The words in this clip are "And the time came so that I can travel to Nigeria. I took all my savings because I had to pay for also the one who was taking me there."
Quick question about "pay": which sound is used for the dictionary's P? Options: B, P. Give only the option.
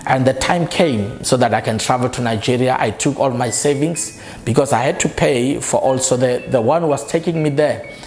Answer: P